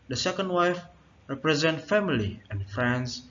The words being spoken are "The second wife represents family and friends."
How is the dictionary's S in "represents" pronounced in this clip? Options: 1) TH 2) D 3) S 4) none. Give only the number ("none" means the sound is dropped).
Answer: 4